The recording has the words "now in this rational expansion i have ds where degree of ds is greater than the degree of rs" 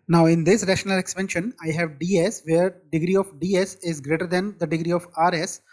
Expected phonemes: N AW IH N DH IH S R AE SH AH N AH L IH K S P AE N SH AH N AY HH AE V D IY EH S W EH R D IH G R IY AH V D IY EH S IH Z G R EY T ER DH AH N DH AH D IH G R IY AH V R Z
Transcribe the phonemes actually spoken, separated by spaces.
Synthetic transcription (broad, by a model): N AW IH N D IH S R AE SH AH N AH L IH K S P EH N SH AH N AY HH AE V D IY EH S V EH R D IH G R IY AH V D IY EH S IH Z G R EY T ER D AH N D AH D IH G R IY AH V R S